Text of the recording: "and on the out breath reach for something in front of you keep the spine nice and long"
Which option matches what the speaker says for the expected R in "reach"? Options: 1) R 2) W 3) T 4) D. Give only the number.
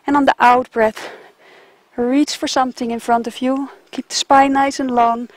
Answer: 1